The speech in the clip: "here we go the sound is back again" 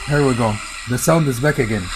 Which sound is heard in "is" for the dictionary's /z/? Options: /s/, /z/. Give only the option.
/z/